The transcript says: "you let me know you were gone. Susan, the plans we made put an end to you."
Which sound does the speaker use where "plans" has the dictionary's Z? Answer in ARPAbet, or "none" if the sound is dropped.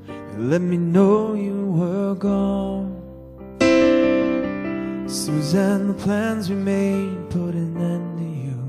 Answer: Z